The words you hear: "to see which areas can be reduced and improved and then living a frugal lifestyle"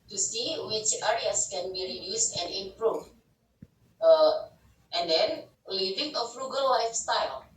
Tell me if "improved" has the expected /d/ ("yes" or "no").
no